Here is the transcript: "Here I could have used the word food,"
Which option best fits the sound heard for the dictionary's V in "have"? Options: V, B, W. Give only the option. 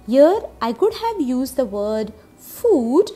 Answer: V